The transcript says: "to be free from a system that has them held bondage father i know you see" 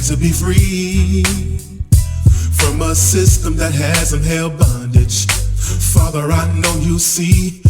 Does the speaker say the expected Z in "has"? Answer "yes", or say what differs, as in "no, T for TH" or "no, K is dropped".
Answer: yes